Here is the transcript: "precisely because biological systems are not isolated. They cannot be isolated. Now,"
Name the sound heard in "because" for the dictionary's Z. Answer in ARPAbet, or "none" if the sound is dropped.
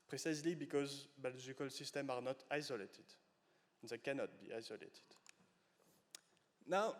Z